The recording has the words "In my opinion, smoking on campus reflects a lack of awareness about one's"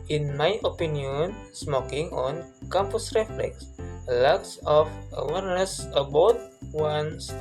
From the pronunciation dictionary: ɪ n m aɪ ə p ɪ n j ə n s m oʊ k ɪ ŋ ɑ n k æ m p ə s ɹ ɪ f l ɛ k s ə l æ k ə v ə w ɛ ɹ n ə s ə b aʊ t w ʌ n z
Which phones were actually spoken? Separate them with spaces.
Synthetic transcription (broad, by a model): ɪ n m aɪ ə p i n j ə n s m oʊ k ɪ ŋ ɑ n k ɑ m p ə s ɹ ɪ f l ɛ k s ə l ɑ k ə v ə w ɛ ɹ n ə s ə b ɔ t w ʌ n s